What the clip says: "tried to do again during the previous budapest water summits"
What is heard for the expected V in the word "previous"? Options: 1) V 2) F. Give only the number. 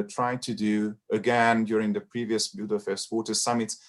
1